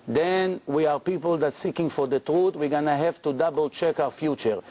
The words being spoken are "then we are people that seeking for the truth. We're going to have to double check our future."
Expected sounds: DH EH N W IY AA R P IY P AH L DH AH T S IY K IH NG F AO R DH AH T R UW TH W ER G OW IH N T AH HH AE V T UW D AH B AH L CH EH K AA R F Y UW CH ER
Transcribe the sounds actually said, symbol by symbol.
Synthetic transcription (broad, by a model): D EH N W IY AA R P IY P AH L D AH T S IY K IH NG F AO R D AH T R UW T W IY G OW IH N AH HH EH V T UW D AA B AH L CH EH K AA W F Y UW CH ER